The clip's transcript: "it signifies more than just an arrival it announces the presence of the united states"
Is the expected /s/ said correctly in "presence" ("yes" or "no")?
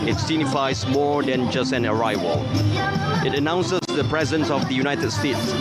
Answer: yes